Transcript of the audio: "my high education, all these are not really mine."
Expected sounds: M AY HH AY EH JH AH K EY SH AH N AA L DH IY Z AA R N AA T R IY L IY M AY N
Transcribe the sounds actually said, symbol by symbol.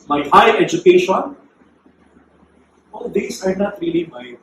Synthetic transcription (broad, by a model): M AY HH AY EH JH AH K EY SH AH N AA L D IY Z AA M N AA T R IY L IY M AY